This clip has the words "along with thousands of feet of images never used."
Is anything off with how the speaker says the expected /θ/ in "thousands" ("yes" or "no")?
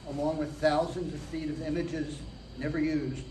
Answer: no